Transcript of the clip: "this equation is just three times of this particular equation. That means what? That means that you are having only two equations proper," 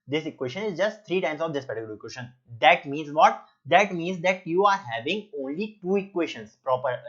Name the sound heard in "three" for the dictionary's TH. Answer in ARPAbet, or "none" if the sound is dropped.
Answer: T